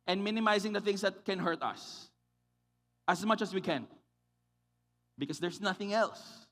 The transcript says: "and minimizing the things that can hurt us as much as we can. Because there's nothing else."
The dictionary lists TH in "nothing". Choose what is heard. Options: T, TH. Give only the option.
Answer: TH